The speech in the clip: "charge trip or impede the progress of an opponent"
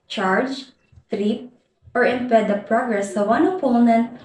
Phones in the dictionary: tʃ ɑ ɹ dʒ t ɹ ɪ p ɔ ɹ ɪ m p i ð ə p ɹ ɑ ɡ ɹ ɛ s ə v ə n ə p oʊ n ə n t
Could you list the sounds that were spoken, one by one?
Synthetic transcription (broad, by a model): tʃ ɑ ɹ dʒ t ɹ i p ɔ ɹ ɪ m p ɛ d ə p ɹ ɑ ɡ ɹ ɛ s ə w ə n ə p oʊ n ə n t